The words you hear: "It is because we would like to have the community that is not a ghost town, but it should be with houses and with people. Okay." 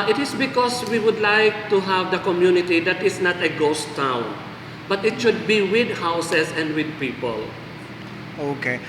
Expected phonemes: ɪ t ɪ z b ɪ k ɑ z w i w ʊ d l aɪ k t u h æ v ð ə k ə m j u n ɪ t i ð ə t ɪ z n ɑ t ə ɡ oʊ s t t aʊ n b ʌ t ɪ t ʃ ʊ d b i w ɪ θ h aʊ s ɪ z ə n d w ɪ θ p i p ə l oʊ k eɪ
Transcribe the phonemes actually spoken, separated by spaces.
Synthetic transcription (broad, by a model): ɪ t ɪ s b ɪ k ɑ s w i w ʊ d l aɪ k t u h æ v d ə k ə m j u n ɪ t i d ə t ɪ s n ɑ t ə ɡ oʊ s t t aʊ n b ʌ t ɪ t ʃ ʊ d b i w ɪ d h aʊ s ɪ s ə n d w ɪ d p i p ə l oʊ k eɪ